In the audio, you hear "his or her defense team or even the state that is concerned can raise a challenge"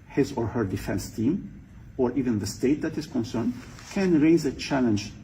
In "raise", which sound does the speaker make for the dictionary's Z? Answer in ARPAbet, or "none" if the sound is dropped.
Z